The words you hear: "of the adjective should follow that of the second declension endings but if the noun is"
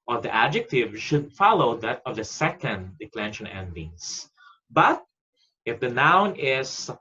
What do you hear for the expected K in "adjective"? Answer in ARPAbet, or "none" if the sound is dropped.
K